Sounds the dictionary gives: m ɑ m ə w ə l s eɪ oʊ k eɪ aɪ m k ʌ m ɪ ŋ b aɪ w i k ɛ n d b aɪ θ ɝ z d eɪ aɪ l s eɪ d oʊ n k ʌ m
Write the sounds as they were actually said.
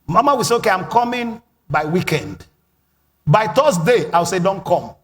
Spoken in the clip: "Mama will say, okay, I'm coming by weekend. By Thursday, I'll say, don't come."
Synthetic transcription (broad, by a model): m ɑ m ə w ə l s eɪ oʊ k eɪ aɪ m k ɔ m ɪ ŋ b aɪ w i k ɛ n d b aɪ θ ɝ s d eɪ aɪ w s eɪ d oʊ n k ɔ m